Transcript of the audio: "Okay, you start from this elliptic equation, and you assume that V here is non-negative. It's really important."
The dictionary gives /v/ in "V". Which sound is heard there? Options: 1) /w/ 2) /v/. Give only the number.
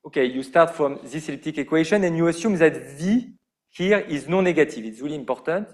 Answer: 2